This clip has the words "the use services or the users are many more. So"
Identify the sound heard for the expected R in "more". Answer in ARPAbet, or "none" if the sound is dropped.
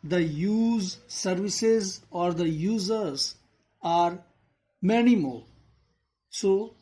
L